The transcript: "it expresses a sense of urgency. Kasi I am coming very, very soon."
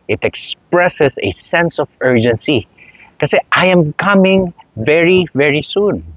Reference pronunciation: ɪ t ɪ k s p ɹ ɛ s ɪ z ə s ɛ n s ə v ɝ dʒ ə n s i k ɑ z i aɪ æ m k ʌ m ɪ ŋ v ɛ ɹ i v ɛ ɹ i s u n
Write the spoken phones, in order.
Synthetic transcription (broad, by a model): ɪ t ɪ k s p ɹ ɛ s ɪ s ə s ɛ n s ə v ɝ dʒ ə n s i k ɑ s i aɪ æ m k ʌ m ɪ ŋ v ɛ ɹ i v ɛ ɹ i s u n